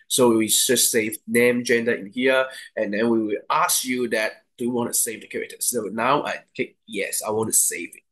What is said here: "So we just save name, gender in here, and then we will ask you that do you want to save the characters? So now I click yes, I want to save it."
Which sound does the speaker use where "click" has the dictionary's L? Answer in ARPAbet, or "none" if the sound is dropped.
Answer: none